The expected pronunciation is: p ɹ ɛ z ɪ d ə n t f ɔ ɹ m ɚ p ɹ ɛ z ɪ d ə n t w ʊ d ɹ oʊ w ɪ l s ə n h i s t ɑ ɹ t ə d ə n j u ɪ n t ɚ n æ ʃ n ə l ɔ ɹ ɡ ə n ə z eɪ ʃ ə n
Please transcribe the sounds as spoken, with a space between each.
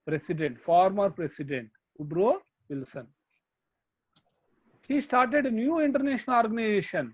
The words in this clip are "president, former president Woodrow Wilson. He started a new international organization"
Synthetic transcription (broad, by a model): p ɹ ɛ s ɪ d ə n t f ɔ ɹ m ɚ p ɹ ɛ s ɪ d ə n t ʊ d ɹ oʊ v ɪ l s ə n h i s t ɑ ɹ t ə d ə n j u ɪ n t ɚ n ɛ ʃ ə n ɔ ɹ ɡ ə n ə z eɪ ʃ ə n